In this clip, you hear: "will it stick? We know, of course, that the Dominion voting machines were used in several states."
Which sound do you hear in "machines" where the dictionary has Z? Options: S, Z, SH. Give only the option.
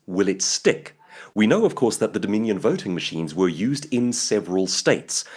Z